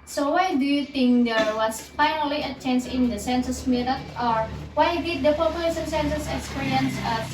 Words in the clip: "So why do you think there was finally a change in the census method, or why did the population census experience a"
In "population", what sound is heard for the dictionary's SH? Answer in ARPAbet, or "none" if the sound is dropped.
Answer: S